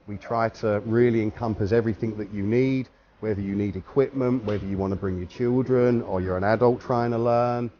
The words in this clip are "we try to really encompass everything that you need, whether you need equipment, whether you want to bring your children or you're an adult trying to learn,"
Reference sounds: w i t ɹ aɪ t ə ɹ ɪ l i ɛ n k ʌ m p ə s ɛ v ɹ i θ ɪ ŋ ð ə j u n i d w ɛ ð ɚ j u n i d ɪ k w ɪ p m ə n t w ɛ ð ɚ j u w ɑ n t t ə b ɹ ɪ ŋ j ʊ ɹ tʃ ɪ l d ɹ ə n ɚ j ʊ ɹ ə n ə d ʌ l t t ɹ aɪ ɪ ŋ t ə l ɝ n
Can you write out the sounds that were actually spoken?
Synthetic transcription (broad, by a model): w i t ɹ aɪ t ə ɹ ɪ l i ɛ n k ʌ m p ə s ɛ v ɹ i θ ɪ ŋ ð ə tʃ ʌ n i d w ɛ ð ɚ j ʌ n i d ɪ k w ɪ p m ə n t w ɛ ð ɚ j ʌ w ɑ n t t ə b ɹ ɪ ŋ j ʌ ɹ tʃ ɪ l d ɹ ə n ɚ j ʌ ɹ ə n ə d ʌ l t t ɹ aɪ ɪ ŋ t ə l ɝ n